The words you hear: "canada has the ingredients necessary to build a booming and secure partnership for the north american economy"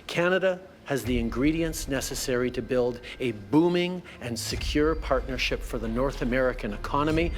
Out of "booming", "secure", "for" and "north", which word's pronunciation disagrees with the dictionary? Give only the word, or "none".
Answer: none